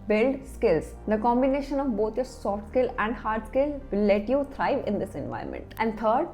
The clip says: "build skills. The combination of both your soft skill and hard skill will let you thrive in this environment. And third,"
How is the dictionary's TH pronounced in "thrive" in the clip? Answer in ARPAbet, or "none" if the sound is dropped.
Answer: T